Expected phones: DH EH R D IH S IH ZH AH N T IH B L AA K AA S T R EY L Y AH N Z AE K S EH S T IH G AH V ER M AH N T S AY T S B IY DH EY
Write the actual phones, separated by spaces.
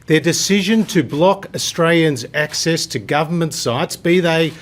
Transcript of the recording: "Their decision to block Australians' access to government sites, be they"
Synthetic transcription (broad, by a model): DH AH R D IH S IH ZH AH N T IH B L AA K AA S T R EY L Y AH N Z AE K S EH S T IH G AH V ER M AH N T S AY T S B IY DH EY